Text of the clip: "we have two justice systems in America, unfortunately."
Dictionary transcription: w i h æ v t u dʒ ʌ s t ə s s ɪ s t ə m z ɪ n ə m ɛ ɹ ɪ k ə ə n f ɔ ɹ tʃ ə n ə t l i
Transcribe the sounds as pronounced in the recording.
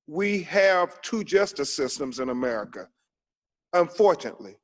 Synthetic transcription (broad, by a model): w i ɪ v t u dʒ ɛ s t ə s s ɪ s t ə m z ɪ n ə m ɛ ɹ ɪ k ə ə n f ɔ ɹ tʃ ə n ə t l i